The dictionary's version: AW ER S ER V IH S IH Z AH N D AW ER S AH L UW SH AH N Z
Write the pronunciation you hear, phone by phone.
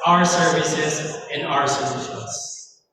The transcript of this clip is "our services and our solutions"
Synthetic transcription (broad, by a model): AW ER S ER V IH S IH Z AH N AW ER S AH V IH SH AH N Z